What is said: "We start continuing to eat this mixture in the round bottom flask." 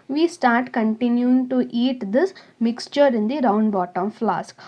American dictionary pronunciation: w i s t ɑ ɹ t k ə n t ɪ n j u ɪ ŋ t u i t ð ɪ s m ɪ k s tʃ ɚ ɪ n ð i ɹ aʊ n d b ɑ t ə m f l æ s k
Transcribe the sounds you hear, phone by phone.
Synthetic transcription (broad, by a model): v i s t ɑ ɹ t k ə n t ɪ n j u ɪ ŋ t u i t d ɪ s m ɪ k s tʃ ɚ ɪ n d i ɹ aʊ n d b ɑ t ə m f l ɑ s k